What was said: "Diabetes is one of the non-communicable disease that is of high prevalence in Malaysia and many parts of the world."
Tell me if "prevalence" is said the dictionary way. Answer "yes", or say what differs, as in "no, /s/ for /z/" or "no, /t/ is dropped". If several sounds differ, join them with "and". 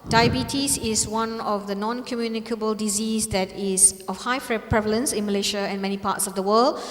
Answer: yes